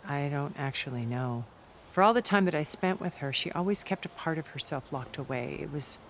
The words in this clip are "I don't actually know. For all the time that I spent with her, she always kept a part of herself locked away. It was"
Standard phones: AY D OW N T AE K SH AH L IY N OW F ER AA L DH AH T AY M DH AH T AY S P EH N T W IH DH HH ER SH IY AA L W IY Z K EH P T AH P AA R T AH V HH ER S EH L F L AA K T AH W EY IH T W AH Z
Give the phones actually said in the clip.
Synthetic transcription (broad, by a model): AY D OW N T AE K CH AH L IY N OW F ER AA L DH AH T AY M DH AH T AY S P EH N T W IH DH ER SH IY AA L W IY Z K EH P T AH P AA R T AH V HH ER S EH L F L AA K T AH W EY IH T W AH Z